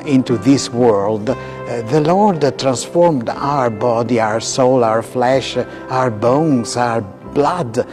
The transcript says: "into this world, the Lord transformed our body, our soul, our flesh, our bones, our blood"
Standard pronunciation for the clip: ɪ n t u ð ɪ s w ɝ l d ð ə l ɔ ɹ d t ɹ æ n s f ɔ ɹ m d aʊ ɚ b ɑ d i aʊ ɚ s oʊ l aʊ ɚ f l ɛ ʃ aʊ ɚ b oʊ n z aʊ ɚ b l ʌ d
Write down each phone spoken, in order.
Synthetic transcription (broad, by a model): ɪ n t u ð ɪ s w ɝ l d ð ə l ɔ ɹ d t ɹ æ n s f ɔ ɹ m d aʊ ɚ b ɑ d i aʊ ɚ s oʊ l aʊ ɚ f l ɛ ʃ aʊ ɚ b oʊ n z aʊ ɚ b l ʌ d